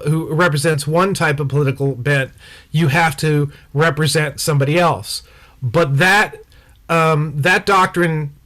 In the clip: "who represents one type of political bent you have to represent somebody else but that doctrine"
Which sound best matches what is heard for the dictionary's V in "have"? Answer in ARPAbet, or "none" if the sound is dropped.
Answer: F